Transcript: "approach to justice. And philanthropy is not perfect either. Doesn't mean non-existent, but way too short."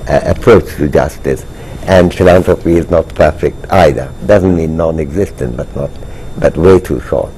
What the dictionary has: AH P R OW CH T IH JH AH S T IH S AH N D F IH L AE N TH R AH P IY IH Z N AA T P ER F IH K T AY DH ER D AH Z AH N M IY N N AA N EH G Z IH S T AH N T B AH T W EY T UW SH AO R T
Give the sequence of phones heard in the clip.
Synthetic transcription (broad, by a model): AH P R OW CH T IH JH AH S T IH S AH N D F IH L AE N T R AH P IY IH Z N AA T P ER F IH K T AY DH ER D AH Z AH N M IY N N AA N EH G Z IH S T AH N T B AH T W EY T UW SH AO R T